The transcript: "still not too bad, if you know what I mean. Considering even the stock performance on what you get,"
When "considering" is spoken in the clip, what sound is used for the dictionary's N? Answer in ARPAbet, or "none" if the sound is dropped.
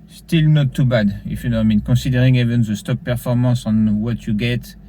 none